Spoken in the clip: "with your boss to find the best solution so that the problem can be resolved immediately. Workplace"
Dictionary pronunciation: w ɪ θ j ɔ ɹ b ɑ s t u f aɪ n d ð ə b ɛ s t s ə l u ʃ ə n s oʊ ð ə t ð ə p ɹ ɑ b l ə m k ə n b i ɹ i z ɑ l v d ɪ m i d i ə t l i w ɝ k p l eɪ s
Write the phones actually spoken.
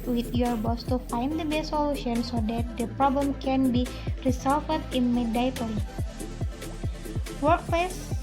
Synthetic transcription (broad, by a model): w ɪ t j ɔ ɹ b ɑ s t u f aɪ n d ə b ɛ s s ə l u ʃ ə n s oʊ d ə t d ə p ɹ ɑ b l ə m k ə n b i ɹ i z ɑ l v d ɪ m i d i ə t i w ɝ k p l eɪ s